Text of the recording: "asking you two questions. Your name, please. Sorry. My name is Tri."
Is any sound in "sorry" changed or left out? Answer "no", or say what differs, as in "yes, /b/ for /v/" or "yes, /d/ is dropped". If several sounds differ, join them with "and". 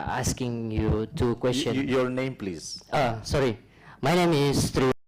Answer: no